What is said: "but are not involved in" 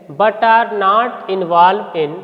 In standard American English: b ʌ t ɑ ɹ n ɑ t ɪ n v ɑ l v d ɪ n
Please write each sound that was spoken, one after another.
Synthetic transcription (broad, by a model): b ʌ t ɑ ɹ n ɑ t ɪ n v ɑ l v ɪ n